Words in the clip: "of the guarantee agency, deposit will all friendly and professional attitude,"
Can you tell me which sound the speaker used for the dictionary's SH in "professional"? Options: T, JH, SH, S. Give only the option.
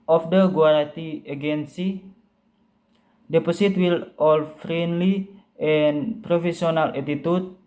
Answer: S